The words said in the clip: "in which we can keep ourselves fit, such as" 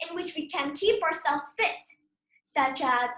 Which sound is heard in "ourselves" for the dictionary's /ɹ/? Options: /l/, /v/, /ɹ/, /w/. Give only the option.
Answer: /ɹ/